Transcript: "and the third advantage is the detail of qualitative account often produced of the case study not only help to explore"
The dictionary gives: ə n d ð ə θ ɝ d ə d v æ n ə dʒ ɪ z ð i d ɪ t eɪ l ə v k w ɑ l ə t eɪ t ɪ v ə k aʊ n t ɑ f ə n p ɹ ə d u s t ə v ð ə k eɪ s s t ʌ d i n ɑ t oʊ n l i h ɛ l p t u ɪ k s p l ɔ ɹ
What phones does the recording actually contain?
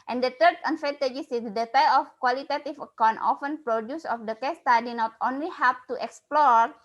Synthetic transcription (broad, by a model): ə n d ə t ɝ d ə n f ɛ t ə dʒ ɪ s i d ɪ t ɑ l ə f k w ɑ l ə t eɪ t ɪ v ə k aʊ n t ɑ f ə n p ɹ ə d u s ə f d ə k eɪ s s t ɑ d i n ɑ t oʊ n l i h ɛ p t u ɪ k s p l ɔ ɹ